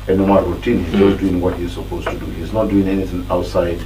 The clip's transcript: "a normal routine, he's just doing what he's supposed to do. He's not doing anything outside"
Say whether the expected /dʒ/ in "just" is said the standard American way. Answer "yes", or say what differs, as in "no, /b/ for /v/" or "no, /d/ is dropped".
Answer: no, /z/ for /dʒ/